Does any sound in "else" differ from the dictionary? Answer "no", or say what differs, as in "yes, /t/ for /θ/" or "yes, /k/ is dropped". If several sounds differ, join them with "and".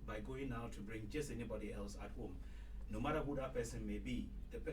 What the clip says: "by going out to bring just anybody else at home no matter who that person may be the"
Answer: no